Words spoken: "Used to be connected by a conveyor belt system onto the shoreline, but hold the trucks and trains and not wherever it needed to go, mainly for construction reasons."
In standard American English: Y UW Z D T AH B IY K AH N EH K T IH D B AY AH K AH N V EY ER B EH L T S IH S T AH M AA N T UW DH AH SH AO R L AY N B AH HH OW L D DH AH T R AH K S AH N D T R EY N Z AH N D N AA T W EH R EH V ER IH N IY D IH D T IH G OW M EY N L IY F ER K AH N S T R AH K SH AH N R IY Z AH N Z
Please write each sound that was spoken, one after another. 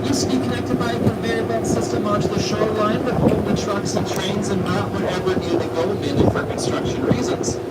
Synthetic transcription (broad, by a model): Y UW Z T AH B IY K AH N EH K T IH D B AY AH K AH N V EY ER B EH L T S IH S T AH M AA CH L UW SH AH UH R L AY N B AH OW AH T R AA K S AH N T R EY N Z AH N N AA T W EH R EH V ER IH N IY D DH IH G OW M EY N IY F ER K AH N S T R AH K SH AH N R IY Z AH N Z